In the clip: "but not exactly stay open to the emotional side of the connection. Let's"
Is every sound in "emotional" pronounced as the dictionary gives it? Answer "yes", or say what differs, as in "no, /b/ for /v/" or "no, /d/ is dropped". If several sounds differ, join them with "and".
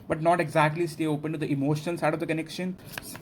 no, /n/ is dropped and /n/ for /l/